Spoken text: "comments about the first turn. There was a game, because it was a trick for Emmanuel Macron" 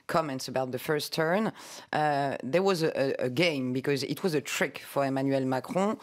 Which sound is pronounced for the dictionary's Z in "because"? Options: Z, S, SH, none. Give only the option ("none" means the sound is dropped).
Z